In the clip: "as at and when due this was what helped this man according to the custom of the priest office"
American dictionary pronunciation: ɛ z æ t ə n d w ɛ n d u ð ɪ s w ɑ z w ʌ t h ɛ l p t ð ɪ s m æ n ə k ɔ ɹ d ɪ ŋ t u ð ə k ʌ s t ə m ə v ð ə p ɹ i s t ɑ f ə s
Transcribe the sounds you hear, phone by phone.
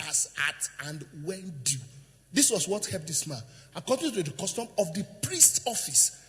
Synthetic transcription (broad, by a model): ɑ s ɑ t ə n d w ɛ n d u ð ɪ s w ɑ s w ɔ t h ɛ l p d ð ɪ s m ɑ n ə k ɔ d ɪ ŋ t u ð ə k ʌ s t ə m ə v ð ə p ɹ i s t ɑ f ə s